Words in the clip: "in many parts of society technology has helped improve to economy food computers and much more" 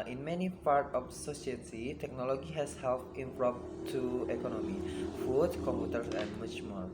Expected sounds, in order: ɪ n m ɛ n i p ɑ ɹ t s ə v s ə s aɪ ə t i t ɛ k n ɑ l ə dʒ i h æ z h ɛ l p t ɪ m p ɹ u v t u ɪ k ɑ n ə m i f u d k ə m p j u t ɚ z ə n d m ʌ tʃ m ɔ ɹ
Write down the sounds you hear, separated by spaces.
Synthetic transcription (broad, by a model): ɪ n m ɛ n i p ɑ ɹ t ə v s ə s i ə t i t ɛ k n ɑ l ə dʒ i h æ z h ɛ l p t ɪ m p ɹ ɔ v t u ɪ k ɑ n ə m i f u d k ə m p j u t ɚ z ə n d m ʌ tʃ m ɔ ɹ